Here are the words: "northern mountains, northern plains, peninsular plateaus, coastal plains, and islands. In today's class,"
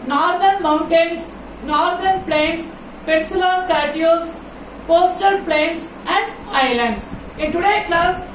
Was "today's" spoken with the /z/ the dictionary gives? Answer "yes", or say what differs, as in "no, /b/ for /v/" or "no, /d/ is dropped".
no, /z/ is dropped